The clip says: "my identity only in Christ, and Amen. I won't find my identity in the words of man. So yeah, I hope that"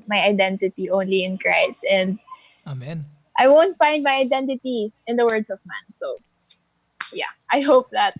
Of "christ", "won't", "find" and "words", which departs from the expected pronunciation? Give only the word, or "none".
words